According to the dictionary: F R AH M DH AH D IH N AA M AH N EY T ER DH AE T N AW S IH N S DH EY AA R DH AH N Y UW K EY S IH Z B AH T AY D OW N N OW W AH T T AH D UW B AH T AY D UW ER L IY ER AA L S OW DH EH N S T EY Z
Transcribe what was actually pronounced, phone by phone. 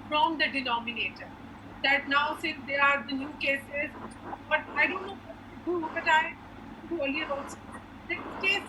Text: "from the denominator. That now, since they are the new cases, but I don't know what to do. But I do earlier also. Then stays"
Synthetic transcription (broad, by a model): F R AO M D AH D IH N AA M AH N EY T ER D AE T N AW S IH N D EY AA R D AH N Y UW K EY S IH Z B AH T AY D OW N N OW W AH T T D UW B AH T AY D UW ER L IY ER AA S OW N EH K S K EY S